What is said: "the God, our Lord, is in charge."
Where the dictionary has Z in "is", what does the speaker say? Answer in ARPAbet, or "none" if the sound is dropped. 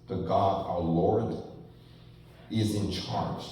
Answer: Z